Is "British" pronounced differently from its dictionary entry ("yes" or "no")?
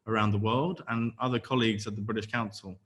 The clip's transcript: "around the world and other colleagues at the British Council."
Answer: no